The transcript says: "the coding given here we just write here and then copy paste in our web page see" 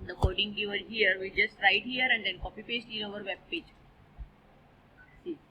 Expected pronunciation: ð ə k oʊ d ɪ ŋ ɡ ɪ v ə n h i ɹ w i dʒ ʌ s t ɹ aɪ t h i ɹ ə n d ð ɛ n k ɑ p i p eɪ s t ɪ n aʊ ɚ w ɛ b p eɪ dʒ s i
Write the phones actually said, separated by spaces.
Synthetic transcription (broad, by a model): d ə k oʊ d ɪ ŋ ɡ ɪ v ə l h i ɹ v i dʒ ʌ s t ɹ aɪ t h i ɹ ə n d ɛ n k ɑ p i p eɪ s t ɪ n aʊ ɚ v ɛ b p eɪ dʒ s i